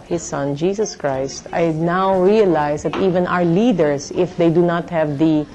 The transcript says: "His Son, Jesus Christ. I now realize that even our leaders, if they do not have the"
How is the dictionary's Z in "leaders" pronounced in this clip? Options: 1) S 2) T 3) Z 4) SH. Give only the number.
1